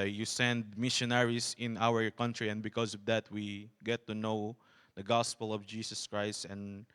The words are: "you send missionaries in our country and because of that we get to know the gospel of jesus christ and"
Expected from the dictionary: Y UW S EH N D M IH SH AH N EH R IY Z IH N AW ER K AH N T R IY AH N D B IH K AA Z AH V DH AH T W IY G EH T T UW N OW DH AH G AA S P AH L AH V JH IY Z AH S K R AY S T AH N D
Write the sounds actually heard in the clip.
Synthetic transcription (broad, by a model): Y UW S EH N D M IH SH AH N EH R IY S IH N AW ER K AH N T R IY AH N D B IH K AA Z AH V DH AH T W IY G EH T T UW N OW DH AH G AA S P AH L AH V JH IY S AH S K R AY S T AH N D